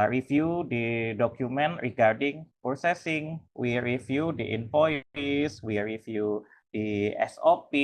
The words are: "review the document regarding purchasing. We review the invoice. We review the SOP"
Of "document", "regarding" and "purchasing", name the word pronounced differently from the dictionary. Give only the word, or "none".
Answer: purchasing